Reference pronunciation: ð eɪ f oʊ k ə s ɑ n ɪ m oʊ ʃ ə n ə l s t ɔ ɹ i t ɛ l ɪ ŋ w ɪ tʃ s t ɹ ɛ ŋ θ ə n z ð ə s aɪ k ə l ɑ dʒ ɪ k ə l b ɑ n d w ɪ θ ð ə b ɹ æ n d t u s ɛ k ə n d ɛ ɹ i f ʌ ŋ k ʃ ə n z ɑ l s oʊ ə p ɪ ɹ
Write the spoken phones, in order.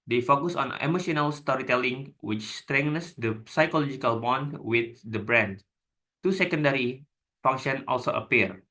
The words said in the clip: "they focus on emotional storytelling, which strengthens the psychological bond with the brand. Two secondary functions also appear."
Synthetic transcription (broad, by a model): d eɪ f oʊ k ə s ɑ n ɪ m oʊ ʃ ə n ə l s t ɔ ɹ i t ɛ l ɪ ŋ w ɪ tʃ s t ɹ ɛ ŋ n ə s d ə s aɪ k ə l ɑ dʒ ɪ k ə l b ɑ n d w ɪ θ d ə b ɹ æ n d t u s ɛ k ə n d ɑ ɹ i f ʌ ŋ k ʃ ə n ɑ l s oʊ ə p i ɹ